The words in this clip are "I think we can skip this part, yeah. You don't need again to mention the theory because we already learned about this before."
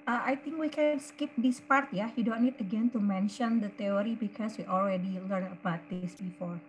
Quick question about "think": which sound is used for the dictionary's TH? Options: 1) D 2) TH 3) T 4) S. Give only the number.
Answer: 3